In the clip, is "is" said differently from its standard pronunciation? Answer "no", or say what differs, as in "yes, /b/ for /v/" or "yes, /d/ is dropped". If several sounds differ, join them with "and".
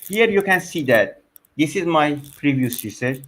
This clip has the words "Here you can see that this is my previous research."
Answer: no